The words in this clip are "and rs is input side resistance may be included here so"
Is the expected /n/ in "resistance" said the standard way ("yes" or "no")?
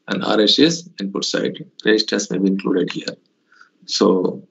no